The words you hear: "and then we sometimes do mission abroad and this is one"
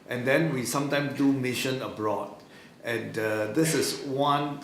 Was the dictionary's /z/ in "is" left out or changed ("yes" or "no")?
yes